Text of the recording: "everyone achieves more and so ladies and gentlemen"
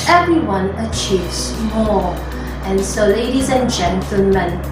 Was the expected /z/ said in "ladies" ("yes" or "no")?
yes